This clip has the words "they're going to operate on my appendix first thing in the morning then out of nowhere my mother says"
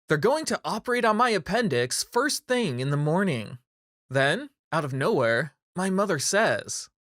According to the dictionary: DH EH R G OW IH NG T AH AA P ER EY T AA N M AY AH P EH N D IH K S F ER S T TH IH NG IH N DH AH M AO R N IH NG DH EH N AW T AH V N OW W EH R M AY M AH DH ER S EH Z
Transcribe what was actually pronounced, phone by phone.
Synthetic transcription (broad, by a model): DH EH R G OW IH NG T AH AA P ER EY T N M AY AH P EH N D IH K S F ER S T TH IH NG IH N DH AH M AO R N IH NG DH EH N AW T AH V N OW W EH R M AY M AH DH ER S EH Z